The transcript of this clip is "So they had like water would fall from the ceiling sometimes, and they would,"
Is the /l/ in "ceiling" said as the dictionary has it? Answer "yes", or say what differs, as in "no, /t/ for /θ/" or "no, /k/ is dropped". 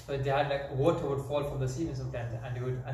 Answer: no, /l/ is dropped